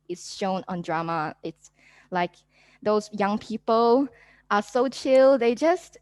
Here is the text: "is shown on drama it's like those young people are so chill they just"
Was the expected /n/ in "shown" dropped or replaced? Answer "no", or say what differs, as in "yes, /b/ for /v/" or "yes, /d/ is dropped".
no